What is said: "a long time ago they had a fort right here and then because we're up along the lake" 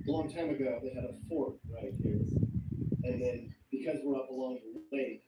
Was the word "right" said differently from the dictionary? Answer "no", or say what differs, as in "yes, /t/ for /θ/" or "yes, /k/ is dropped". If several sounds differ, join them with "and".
no